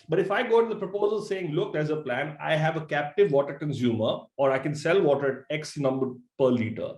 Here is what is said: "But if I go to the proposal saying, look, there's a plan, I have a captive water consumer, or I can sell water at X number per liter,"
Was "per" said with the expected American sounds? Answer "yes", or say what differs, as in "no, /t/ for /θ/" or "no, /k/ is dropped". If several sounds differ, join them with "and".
yes